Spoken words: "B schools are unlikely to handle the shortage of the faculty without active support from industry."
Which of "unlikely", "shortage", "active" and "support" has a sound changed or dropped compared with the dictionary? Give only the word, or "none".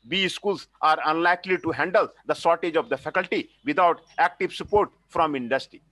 shortage